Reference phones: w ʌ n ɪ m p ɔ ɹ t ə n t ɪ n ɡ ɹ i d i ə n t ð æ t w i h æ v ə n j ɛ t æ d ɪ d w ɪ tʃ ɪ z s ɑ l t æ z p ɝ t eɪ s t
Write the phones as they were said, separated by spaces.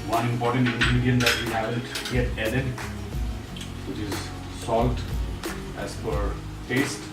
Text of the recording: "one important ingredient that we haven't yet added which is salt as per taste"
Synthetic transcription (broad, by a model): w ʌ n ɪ m p ɔ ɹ t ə n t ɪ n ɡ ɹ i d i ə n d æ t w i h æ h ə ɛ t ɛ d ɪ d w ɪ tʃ ɪ z s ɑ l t æ z f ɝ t eɪ s t